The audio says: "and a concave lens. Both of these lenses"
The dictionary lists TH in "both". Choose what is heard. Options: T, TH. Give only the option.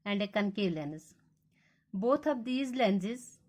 T